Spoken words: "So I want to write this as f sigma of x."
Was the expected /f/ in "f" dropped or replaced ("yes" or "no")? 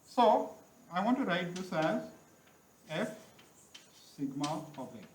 no